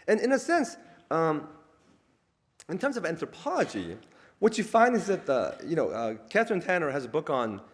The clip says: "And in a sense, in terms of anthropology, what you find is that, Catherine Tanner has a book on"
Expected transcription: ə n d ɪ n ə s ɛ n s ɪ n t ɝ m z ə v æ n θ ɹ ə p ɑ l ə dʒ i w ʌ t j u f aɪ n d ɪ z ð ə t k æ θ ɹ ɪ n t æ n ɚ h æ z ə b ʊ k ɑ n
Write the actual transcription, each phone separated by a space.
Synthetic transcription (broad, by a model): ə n ɪ n ə s ɛ n s ɪ n t ɝ m z ə v æ n θ ɹ ə p ɑ l ə dʒ i w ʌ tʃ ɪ f aɪ n d ɪ z ð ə t k æ θ ɹ ɪ n t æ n ɚ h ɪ z ə b ʊ k n